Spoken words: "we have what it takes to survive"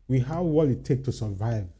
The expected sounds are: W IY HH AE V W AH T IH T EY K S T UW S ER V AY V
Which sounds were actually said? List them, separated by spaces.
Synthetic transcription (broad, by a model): W IY HH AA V W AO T IH T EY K T UW S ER V AY V